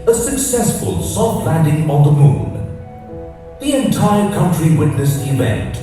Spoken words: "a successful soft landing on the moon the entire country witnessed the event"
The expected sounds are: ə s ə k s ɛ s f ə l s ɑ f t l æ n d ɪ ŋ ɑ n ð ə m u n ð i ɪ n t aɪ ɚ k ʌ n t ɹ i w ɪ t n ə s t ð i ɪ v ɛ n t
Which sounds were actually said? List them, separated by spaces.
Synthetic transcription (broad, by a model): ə s ə k s ɛ s f ə l s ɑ t l æ n d ɪ ŋ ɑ n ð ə m u n ð i ɪ n t aɪ ɚ k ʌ n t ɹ i w ɪ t n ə s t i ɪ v ɛ n t